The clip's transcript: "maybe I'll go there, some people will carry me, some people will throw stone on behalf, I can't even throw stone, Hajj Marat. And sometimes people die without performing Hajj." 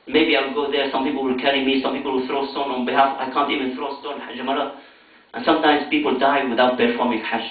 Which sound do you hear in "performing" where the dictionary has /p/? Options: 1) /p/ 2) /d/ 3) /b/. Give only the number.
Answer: 3